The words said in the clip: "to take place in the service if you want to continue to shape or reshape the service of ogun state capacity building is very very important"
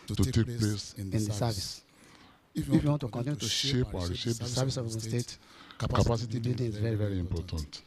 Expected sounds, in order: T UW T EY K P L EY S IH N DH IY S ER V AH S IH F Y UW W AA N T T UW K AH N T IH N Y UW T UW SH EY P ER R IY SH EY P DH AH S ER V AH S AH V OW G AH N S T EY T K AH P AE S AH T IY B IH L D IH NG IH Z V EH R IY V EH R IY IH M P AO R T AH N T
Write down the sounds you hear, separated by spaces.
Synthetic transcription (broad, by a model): T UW T EY K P L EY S IH N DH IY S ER V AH S IH F Y UW W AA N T T UW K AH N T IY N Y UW T UW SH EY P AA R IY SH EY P S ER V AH S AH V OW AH S T EY T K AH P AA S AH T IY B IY D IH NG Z V EH R IY V EH R IY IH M P AO T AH N T